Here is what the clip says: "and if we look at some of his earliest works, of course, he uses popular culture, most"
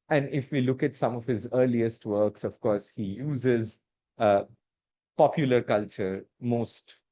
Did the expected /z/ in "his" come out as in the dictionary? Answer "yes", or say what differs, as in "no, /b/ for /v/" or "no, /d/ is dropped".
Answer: yes